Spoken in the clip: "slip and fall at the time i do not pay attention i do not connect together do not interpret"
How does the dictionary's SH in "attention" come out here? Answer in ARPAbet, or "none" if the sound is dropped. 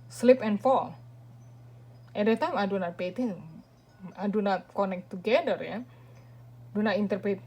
none